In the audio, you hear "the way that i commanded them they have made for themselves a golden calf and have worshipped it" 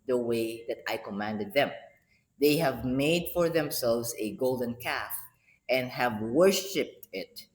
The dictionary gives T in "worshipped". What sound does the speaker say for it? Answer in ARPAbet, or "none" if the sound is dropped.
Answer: T